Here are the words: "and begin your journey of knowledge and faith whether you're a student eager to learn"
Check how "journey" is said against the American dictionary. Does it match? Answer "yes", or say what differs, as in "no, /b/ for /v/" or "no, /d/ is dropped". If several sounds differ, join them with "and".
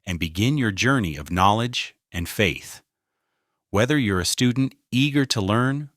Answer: yes